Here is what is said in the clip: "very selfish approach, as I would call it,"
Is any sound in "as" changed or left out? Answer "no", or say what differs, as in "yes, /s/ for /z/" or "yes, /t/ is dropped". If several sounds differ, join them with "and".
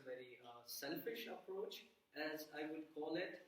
no